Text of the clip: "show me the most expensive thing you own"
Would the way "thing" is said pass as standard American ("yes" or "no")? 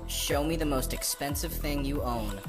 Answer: yes